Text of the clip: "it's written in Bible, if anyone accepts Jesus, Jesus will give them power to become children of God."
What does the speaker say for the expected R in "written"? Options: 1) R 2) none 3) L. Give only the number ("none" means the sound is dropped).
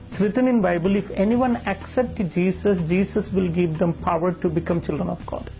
1